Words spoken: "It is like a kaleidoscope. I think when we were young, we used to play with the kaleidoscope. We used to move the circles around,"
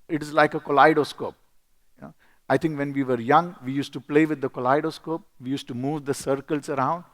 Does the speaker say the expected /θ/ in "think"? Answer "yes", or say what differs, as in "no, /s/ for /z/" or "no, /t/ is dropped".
no, /t/ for /θ/